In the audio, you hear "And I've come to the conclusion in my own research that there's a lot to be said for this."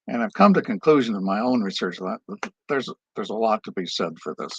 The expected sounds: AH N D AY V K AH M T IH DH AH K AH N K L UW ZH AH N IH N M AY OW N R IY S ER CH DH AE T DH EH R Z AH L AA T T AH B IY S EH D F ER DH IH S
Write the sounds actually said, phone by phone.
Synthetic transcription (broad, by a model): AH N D AY V K AH M T IH K AH N K L UW ZH AH N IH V M AY OW N R IY S ER CH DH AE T DH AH R Z AH L AA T T AH B IY S EH D F ER DH IH S